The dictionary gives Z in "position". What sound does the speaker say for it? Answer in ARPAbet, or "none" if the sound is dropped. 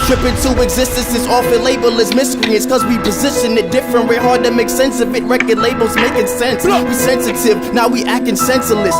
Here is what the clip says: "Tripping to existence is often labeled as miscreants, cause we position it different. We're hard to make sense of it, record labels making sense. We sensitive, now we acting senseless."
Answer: Z